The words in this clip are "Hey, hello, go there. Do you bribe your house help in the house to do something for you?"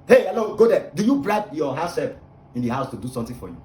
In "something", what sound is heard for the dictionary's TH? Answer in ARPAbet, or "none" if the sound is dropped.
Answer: T